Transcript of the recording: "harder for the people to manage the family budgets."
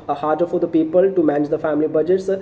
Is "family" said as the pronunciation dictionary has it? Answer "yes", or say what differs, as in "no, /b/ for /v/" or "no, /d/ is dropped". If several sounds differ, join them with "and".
yes